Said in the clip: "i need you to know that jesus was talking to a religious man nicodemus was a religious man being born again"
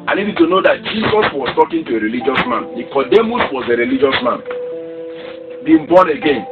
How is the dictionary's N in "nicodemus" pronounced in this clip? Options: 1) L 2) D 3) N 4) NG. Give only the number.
1